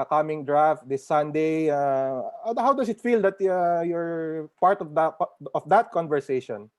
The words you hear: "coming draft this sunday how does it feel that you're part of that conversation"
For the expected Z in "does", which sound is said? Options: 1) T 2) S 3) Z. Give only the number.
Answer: 2